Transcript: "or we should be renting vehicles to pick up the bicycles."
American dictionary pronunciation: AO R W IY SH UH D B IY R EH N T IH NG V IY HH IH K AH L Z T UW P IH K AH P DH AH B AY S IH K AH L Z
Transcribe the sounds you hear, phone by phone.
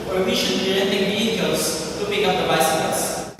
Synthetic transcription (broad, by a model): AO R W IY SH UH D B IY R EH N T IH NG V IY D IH AH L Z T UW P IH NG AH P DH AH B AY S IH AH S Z